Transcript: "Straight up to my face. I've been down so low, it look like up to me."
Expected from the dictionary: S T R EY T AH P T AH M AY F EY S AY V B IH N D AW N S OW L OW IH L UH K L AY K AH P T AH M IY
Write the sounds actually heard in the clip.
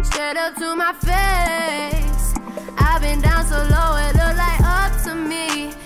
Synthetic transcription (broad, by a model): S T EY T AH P T AH M AY F EY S AY V B IH N D AW N S OW L OW IH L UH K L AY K AH P T AH M IY